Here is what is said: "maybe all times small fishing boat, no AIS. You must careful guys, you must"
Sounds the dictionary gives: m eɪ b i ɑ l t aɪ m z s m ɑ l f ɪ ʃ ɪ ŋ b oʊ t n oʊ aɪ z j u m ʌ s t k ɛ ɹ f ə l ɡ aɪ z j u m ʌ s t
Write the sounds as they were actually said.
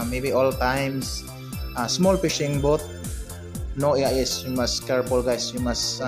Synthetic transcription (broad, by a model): m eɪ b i ɑ l t aɪ m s s m ɑ l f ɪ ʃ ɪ ŋ b oʊ t n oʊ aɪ s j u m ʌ s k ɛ ɹ p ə l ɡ aɪ s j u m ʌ s